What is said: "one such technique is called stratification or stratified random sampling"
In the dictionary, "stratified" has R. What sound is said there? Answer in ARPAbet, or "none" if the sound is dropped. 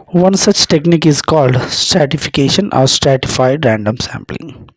R